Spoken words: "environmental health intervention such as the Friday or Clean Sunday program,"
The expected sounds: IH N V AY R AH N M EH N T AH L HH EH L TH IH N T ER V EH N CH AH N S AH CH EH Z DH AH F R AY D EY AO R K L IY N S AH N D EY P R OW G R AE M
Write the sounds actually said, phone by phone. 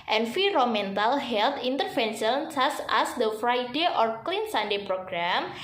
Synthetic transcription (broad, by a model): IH N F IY R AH M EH N T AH L HH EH L T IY N T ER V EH N SH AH N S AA S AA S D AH F R AY D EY AO R K L IY N S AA N D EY P R OW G R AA M